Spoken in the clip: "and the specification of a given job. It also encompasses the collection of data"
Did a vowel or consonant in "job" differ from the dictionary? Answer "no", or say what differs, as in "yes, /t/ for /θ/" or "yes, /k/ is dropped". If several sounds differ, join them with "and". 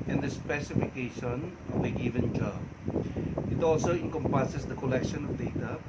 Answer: yes, /b/ is dropped